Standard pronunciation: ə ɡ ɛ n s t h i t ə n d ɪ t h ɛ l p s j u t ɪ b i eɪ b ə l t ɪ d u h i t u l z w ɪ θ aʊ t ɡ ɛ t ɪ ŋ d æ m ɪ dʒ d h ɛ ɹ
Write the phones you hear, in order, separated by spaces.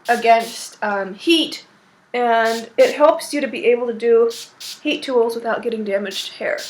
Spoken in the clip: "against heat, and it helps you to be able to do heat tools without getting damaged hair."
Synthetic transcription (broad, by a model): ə ɡ ɛ n s t h i t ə n ɪ t h ɛ l p s j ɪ t ɪ b i eɪ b l t ɪ d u h i t u l z w ɪ θ aʊ t ɡ ɛ t ɪ ŋ d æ m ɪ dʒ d h ɛ ɹ